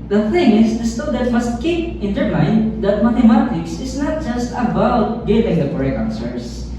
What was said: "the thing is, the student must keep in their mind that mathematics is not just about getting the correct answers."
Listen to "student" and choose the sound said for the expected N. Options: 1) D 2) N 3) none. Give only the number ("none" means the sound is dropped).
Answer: 3